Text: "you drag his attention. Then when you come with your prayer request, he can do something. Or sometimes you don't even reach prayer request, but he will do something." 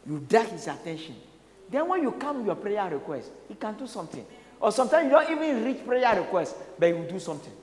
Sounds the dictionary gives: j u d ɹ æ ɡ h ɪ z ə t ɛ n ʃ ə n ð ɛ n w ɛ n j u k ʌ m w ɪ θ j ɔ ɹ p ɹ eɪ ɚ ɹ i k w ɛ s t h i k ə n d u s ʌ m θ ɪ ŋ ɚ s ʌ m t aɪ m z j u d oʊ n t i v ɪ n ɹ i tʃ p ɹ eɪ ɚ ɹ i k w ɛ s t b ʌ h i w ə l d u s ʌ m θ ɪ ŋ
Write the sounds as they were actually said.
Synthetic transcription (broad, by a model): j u d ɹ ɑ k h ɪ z ə t ɛ n ʃ ə n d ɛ n w ɛ n j u k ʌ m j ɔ p ɹ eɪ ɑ ɹ i k w ɛ s t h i k ə n d u s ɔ m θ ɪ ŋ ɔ s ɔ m t aɪ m j u d oʊ n t i v ɪ n ɹ i tʃ p ɹ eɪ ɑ ɹ i k w ɛ s t b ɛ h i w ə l d u s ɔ m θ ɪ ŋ